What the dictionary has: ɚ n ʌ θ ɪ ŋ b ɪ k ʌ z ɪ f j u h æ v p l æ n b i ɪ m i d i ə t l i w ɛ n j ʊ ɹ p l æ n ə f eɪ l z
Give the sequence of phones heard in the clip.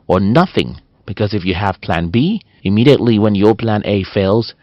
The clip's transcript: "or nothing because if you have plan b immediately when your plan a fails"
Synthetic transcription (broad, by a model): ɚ n ʌ θ ɪ ŋ b ɪ k ʌ z ɪ f j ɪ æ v p l æ n b i ɪ m i d i ə t l i w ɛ n j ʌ ɹ p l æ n ə f eɪ l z